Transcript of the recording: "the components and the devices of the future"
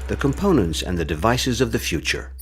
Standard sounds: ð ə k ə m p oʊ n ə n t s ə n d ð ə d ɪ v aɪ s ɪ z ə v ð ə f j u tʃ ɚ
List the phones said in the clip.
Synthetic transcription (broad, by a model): ð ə k ə m p oʊ n ə n t s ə n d ð ə d ɪ v aɪ s ɪ z ə v ð ə f j u tʃ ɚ